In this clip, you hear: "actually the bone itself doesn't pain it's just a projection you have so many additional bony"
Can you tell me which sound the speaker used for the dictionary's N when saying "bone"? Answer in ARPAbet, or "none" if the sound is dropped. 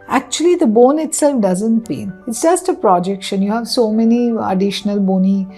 N